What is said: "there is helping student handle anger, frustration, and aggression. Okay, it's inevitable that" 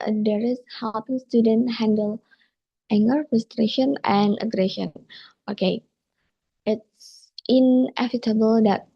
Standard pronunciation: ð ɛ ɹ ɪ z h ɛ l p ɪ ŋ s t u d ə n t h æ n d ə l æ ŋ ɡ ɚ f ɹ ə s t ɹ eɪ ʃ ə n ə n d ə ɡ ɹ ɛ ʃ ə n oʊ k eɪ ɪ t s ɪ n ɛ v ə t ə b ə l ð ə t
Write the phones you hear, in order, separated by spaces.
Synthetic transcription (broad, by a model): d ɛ ɹ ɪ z h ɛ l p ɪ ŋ s t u d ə n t h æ n d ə l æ ŋ ɡ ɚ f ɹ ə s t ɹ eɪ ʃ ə n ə n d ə ɡ ɹ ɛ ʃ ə n oʊ k eɪ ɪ t s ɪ n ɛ f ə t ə b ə l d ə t